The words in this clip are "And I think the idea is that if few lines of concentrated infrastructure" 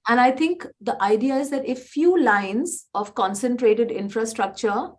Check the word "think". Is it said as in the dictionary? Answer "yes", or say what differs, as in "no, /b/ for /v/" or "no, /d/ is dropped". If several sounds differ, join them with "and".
no, /t/ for /θ/